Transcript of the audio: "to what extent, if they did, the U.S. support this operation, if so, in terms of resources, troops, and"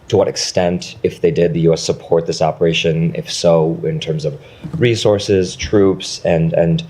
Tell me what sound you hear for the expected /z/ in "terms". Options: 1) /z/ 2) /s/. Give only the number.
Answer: 1